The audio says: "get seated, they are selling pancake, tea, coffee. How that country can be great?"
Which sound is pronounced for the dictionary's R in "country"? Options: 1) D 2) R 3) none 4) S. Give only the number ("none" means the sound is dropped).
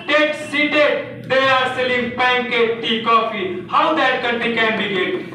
3